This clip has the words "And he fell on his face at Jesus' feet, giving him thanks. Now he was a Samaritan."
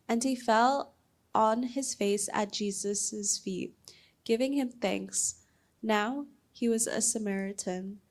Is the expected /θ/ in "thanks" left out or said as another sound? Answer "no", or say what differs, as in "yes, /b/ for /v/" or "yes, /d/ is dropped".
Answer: no